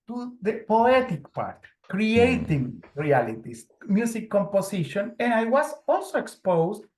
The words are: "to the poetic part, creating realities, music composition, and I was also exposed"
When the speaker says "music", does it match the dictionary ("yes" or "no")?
no